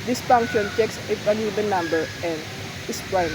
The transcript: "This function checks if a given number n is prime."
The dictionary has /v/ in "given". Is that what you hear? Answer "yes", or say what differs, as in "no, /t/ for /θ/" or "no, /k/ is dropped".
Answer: no, /b/ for /v/